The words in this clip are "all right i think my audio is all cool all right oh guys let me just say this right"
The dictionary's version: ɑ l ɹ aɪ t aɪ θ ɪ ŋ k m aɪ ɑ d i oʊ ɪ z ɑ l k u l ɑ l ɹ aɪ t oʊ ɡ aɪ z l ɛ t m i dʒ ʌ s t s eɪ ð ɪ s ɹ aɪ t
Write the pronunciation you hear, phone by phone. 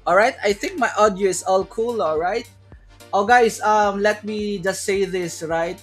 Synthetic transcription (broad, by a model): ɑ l ɹ aɪ t aɪ θ ɪ ŋ k m aɪ ɑ d i oʊ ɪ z ɑ l k u l ɑ l ɹ aɪ t oʊ ɡ aɪ s l ɛ t m i dʒ ʌ s t s eɪ ð ɪ s ɹ aɪ t